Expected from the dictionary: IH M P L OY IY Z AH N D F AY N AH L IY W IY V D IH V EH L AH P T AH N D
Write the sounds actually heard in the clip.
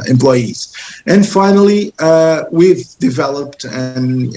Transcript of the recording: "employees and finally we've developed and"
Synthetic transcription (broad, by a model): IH M P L OY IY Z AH N F AY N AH L IY W IY V D IH V EH L AH P T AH N